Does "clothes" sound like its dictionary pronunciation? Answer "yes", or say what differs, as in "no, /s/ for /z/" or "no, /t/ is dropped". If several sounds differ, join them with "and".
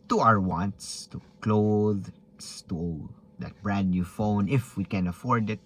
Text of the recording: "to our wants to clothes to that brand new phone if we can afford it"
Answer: no, /s/ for /z/